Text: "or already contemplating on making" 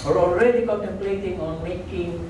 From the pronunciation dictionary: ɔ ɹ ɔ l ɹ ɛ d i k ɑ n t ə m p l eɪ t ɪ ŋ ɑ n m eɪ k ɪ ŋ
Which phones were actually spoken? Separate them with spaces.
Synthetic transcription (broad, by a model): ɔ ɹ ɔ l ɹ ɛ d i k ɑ t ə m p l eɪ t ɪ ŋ ɑ n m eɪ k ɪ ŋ